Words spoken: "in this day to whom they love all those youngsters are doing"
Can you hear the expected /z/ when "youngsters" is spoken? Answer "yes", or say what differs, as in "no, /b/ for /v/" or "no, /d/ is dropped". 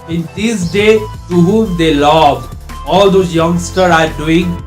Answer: no, /z/ is dropped